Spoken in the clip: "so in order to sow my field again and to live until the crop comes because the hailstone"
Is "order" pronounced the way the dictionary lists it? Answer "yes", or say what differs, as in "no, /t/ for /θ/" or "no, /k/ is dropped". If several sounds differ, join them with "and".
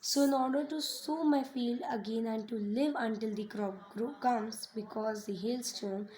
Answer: yes